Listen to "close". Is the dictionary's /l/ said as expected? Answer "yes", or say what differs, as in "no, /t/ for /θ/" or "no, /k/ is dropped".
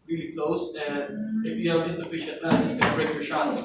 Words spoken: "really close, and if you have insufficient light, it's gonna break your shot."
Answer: yes